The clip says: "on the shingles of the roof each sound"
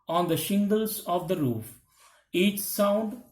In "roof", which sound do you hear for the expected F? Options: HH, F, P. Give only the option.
F